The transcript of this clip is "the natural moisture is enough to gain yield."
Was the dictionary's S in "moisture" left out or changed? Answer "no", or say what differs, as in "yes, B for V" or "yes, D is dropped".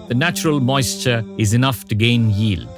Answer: no